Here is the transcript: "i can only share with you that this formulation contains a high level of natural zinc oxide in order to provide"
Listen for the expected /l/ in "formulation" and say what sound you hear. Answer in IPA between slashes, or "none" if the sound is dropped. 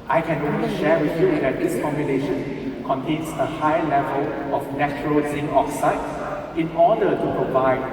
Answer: /n/